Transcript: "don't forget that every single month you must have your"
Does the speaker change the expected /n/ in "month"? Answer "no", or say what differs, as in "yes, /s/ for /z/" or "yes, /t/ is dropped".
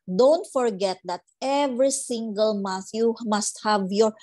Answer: yes, /n/ is dropped